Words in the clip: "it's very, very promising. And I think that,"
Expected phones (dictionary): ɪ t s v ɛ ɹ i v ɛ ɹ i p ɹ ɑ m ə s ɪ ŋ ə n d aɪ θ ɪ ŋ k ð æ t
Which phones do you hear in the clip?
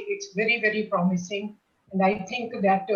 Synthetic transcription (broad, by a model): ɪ t s v ɛ ɹ i v ɛ ɹ i p ɹ ɑ m ə s ɪ ŋ ə n d aɪ t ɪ ŋ k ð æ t